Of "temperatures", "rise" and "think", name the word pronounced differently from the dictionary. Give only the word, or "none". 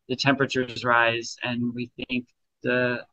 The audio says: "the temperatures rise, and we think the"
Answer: none